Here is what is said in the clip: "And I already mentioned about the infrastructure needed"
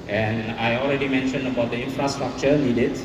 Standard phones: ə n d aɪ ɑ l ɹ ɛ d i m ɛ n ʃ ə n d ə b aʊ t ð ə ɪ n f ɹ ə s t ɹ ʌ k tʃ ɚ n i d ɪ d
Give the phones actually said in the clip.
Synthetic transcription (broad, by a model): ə n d aɪ ɑ l ɹ ɛ d i m ɛ n ʃ ə n d ə b aʊ t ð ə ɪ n f ɹ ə s t ɹ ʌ k tʃ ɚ n i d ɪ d